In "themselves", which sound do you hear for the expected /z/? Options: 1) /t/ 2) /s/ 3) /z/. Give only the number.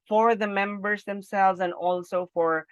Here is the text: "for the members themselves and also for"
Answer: 3